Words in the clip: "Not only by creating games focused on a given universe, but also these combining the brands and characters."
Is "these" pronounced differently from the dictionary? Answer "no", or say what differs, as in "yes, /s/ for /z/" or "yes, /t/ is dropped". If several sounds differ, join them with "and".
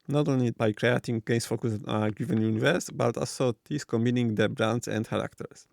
yes, /s/ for /z/